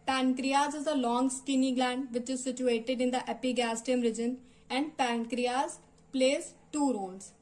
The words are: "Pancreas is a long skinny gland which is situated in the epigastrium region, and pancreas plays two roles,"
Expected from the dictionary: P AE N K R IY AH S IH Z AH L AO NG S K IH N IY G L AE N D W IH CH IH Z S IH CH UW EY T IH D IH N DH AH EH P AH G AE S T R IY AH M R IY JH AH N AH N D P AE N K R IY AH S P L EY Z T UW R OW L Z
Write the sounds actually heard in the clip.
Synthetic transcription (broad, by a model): P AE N K R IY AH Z IH Z AH L AO NG S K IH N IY G L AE N D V IH CH IH Z S IH CH UW EY T IH D IH N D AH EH P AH G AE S T IY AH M R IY JH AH N AH N D P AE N K R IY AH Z P L EY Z T UW R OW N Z